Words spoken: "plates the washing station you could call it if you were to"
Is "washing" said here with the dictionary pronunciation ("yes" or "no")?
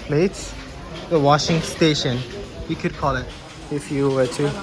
yes